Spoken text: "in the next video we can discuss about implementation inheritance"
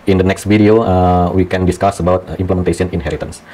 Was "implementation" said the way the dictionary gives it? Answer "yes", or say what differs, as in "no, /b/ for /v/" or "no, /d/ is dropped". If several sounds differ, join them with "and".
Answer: no, /s/ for /ʃ/